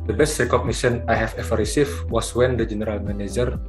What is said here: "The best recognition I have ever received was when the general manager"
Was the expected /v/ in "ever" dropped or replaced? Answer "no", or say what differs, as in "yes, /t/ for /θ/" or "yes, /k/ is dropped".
yes, /f/ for /v/